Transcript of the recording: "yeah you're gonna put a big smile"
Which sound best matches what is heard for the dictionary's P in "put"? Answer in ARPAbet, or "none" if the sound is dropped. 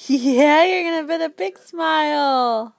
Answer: B